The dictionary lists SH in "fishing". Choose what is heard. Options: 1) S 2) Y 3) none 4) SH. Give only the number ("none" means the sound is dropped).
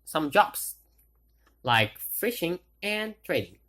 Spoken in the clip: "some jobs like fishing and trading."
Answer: 4